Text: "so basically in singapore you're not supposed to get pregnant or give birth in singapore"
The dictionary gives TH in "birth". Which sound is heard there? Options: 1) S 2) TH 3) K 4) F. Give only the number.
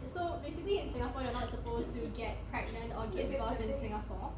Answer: 4